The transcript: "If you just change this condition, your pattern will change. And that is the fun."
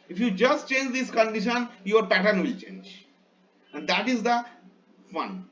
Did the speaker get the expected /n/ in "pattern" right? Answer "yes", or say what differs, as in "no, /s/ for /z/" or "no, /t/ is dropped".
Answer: yes